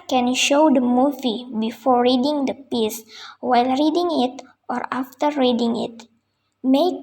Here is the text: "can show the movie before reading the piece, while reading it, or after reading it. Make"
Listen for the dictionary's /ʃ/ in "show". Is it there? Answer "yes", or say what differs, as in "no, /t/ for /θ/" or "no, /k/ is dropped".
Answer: yes